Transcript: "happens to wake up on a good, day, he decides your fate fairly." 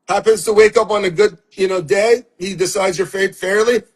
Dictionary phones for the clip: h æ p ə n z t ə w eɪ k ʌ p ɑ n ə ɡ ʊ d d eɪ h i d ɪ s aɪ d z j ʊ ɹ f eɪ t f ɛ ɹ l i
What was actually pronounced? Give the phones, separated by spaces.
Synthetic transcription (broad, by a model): h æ p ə n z t ə w eɪ k ʌ p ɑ n ə ɡ ʊ d d eɪ h i d ɪ s aɪ d z j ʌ ɹ f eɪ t f ɛ ɹ l i